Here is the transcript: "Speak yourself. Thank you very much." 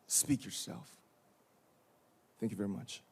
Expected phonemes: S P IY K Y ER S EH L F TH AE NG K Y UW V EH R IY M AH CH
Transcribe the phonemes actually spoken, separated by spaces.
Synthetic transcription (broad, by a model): S P IY K Y ER S EH L F TH AE NG K Y UW V EH R IY M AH CH